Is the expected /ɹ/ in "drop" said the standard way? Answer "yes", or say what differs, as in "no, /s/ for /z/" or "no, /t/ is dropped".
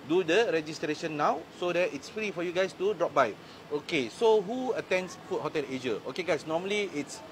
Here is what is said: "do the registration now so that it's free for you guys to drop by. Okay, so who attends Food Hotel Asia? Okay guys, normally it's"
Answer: yes